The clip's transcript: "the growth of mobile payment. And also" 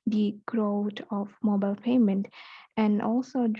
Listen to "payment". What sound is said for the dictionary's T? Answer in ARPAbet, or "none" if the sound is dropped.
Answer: T